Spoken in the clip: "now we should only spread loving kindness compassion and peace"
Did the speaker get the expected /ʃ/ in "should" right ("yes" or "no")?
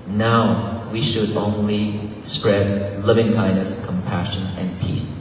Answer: yes